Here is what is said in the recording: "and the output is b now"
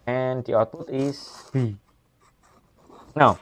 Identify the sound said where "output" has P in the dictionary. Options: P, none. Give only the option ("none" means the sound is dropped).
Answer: none